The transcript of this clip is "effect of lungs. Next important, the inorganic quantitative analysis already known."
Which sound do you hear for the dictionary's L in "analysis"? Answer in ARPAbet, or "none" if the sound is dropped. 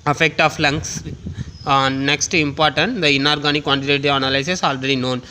none